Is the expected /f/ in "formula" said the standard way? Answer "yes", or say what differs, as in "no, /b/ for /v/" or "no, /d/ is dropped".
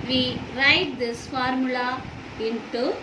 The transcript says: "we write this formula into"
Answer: yes